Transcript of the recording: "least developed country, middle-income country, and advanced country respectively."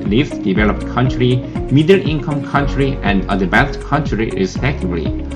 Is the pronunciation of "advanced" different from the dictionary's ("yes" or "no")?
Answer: yes